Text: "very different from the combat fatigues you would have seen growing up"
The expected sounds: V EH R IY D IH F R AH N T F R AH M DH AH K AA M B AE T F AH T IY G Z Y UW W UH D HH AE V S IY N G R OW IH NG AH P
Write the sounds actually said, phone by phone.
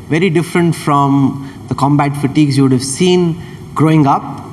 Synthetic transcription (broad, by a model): V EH R IY D IH F R AH N T F R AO M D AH K AA M B AE T F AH T IY G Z Y UW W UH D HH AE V S IY N G R OW IH NG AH P